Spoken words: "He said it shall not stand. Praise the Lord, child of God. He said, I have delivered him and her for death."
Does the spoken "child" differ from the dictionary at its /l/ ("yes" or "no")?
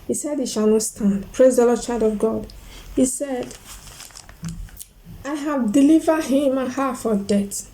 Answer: yes